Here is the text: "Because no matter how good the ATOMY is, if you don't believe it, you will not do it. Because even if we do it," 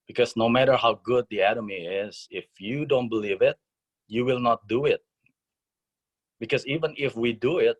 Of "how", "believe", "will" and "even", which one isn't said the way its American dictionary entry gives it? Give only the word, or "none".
none